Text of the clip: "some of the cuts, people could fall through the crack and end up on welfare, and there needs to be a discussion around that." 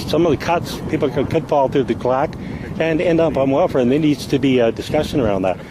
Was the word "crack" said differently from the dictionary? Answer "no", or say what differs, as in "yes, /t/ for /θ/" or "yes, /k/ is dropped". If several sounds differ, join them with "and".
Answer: yes, /l/ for /ɹ/